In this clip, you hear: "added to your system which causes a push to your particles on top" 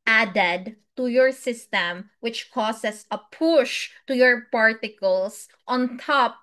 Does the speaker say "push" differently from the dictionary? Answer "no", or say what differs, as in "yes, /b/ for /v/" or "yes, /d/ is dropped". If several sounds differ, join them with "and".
no